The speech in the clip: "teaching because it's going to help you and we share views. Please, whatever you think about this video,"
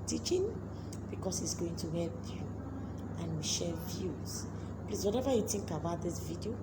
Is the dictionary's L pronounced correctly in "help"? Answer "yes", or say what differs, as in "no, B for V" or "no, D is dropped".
yes